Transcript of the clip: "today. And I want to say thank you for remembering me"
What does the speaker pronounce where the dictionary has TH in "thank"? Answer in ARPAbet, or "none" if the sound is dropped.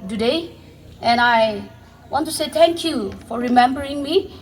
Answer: T